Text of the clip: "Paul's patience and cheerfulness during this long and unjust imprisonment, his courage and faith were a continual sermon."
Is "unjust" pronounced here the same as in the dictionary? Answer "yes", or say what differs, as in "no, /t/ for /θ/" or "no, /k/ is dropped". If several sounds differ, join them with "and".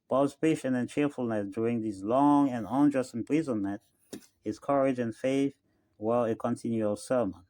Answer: yes